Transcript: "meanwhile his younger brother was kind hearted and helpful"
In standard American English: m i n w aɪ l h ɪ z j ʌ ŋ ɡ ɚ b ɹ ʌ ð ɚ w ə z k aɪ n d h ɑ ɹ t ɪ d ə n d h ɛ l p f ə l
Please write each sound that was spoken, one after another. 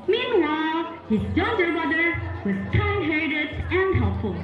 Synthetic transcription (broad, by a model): m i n w aɪ l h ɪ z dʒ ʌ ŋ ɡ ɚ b ʌ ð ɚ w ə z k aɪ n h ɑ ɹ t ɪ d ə n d h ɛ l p f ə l